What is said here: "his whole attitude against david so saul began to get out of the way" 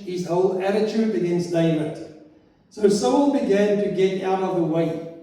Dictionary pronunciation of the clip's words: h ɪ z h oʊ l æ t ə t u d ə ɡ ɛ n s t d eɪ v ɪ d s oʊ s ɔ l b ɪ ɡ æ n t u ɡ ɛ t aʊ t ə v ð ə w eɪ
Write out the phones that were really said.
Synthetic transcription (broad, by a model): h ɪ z h oʊ l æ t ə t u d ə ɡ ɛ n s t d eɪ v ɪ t s oʊ s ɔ n b ɪ ɡ æ n t u ɡ ɛ t aʊ t ə v ð ə w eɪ